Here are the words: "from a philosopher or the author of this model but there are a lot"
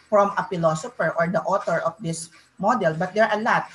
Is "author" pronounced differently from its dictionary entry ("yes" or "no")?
yes